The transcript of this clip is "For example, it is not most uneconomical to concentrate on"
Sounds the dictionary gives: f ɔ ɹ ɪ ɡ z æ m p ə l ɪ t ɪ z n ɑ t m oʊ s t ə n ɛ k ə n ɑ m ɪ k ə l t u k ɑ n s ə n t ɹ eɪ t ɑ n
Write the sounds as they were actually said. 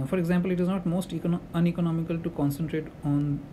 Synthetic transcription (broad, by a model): f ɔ ɹ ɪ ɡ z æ m p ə l ɪ t ɪ z n ɑ t m oʊ s t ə n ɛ k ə n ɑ m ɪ k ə l t u k ɑ n s ə n t ɹ eɪ t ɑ n